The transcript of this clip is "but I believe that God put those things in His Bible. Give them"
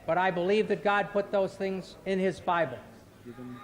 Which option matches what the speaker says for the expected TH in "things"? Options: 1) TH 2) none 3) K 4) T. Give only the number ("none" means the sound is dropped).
1